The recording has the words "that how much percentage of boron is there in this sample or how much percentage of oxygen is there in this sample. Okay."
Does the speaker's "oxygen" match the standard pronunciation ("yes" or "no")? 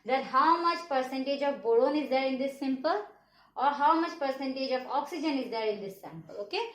yes